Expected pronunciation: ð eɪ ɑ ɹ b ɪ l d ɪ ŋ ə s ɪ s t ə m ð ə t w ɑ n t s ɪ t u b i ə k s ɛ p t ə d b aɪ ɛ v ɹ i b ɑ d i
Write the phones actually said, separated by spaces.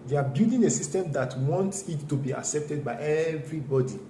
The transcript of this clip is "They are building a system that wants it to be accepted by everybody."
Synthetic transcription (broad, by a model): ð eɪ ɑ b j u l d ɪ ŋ ə s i s t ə m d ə t w ɑ n t s ɪ t u b i ə k s ɛ p t ə d b aɪ ɛ v ɹ i b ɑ d i